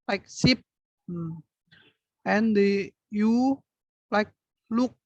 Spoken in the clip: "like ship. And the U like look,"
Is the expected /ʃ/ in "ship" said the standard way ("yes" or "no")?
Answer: no